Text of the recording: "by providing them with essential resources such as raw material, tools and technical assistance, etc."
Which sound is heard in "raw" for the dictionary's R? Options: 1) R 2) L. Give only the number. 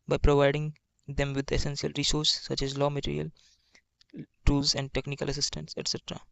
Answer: 2